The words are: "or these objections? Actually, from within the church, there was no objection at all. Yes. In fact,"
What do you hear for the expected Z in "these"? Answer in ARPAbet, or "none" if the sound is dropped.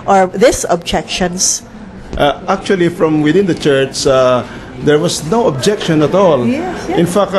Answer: S